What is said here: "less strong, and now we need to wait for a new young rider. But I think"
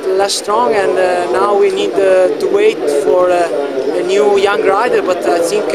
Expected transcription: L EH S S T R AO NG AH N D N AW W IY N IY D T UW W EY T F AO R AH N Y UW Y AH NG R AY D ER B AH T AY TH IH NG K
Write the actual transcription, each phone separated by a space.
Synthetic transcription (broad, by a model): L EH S S T R AO NG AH N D N AW W IY N IY D T UW W EY T F AO R AH N Y UW Y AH NG R AY D ER B AH T AY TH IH NG K